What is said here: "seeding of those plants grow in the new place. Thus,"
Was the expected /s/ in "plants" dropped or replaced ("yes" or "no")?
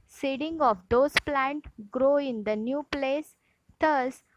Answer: yes